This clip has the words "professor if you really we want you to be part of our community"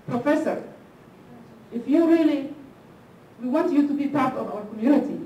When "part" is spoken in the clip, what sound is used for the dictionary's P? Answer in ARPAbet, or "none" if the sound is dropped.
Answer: P